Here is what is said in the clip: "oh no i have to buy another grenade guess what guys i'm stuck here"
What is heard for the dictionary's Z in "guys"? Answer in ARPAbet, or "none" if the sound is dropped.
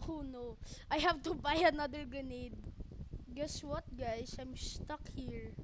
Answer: S